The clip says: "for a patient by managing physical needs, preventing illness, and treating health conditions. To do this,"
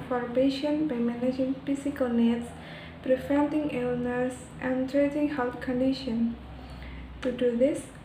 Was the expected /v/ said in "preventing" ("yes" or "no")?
no